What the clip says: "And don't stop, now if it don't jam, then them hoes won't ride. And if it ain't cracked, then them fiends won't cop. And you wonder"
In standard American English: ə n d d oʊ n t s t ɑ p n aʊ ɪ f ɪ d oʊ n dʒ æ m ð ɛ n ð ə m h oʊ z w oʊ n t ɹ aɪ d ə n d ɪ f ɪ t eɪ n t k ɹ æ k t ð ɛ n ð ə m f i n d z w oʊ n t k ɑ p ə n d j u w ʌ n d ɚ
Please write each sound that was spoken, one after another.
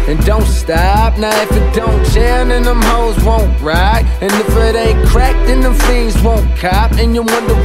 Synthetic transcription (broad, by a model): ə n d d oʊ n t s t ɑ p n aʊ ɪ f ɪ d oʊ n ʃ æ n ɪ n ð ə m h oʊ z w oʊ n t ɹ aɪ ə n ɪ f ɪ t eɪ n k ɹ æ k t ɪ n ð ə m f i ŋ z w oʊ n k ɑ p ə n j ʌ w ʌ n d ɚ